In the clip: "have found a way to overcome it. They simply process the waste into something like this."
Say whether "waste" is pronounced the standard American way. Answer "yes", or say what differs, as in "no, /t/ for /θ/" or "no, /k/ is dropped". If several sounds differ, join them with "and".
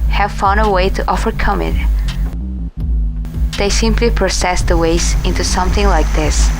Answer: no, /t/ is dropped